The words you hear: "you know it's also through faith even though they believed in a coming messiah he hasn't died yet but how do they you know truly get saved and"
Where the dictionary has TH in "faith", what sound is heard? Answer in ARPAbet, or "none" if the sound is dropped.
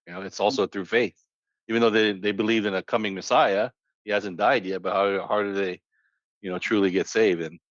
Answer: TH